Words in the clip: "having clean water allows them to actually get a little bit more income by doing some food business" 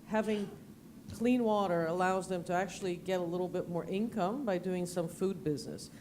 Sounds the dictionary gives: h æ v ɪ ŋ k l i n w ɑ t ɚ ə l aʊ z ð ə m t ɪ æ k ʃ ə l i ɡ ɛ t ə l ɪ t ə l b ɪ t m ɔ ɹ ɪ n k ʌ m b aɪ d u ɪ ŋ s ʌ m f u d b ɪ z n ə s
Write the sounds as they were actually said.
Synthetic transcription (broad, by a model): h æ v ɪ ŋ k l i n w ɑ t ɚ ə l aʊ z ð ə m t ɪ æ k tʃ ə l i ɡ ɛ t ə l ɪ t l b ɪ t m ɔ ɹ ɪ n k ʌ m b aɪ d u ɪ ŋ s ʌ m f u d b ɪ z n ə s